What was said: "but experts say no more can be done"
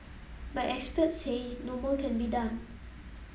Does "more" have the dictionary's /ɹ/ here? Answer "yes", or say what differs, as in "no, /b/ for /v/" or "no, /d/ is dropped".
no, /l/ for /ɹ/